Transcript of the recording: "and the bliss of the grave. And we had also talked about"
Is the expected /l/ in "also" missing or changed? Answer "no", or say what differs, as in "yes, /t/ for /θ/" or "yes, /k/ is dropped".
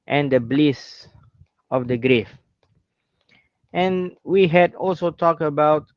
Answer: no